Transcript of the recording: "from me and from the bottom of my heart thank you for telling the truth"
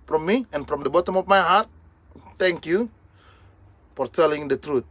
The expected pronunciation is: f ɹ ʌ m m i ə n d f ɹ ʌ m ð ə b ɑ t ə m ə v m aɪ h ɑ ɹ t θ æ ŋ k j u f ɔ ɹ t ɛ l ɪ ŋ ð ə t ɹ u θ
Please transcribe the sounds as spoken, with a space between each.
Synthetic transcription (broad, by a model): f ɹ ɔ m m i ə n f ɹ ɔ m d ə b ɑ t ə m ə f m aɪ h ɑ ɹ t t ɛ ŋ k j u f ɔ ɹ t ɛ l ɪ ŋ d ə t ɹ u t